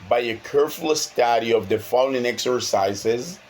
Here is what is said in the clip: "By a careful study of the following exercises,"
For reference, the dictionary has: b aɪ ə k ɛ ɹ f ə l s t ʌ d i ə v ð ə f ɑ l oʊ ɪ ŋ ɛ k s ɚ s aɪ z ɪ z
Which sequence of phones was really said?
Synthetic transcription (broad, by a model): b aɪ ə k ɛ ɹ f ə s t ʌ d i ə v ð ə f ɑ n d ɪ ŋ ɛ k s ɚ s aɪ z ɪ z